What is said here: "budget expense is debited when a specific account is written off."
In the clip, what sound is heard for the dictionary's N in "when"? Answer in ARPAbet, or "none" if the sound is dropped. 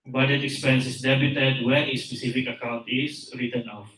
none